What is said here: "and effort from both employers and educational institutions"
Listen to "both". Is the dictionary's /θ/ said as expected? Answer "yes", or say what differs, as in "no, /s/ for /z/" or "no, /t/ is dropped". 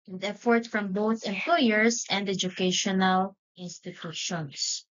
yes